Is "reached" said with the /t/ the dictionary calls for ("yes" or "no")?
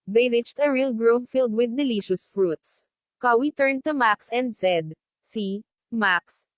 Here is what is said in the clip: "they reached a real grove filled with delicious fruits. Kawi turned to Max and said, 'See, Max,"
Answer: yes